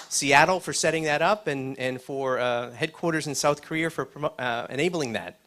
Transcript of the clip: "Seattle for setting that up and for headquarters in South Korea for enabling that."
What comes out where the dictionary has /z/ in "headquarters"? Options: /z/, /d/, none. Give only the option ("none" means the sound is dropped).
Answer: /z/